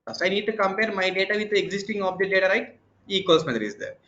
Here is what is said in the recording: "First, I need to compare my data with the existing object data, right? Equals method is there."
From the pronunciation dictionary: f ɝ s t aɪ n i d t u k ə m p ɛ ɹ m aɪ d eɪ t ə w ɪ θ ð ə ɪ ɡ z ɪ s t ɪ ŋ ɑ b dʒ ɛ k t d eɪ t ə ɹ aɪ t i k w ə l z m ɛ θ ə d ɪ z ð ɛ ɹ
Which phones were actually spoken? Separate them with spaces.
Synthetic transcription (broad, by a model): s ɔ aɪ n i d t u k ə m p ɛ ɹ m aɪ d eɪ t ə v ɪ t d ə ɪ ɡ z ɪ s t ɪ ŋ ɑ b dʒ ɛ t d eɪ t ə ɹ aɪ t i k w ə l s m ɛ t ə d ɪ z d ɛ ɹ